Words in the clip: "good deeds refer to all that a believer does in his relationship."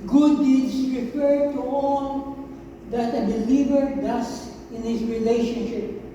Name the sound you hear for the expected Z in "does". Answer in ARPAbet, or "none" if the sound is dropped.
S